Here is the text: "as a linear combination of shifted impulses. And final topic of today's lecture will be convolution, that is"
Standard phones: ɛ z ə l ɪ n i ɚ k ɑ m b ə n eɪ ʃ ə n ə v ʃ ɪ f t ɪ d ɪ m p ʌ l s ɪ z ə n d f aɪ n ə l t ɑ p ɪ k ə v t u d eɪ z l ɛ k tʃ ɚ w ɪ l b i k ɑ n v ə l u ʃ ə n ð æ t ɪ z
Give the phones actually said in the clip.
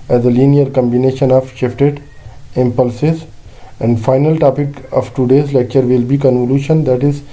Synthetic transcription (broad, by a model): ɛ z ə l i n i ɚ k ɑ m b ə n eɪ ʃ ə n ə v ʃ ɪ f t ɪ d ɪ m p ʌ l s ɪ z ə n d f aɪ n ə l t ɑ p ɪ k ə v t u d eɪ z l ɛ k tʃ ɚ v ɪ l b i k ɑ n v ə l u ʃ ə n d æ t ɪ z